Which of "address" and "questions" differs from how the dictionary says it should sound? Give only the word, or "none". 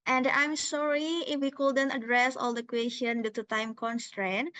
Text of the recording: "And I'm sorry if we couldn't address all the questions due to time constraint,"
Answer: questions